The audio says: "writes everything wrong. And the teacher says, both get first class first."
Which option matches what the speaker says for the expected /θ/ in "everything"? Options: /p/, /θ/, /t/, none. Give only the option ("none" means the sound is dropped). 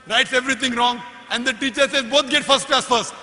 /t/